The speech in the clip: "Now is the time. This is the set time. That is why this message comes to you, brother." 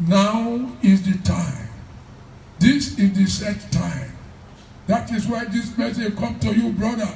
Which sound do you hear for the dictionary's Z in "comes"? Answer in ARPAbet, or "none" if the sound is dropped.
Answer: none